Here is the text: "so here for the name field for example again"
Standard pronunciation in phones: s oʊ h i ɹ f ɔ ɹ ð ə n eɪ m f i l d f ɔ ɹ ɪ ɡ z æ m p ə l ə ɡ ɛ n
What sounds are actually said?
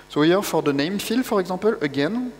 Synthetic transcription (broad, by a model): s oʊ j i ɹ f ɔ ɹ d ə n eɪ m f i l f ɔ ɹ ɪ ɡ z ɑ p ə l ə ɡ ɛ n